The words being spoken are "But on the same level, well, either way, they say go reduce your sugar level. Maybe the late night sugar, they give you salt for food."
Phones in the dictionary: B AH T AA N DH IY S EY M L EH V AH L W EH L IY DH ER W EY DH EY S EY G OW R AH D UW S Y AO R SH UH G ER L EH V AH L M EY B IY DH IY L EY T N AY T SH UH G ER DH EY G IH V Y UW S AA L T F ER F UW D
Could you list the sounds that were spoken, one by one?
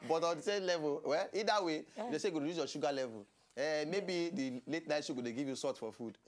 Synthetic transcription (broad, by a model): B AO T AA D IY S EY L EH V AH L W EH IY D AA W EY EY S EY G OW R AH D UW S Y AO SH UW G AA L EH V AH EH M EY B IY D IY L EY T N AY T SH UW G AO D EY G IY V Y UW S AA T F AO F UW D